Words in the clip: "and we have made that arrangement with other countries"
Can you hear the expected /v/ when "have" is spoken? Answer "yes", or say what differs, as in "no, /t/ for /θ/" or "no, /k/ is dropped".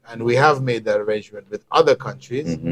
yes